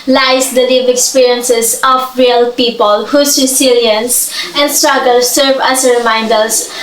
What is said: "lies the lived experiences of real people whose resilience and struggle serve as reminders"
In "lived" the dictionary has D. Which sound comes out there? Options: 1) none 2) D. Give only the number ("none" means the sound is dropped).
1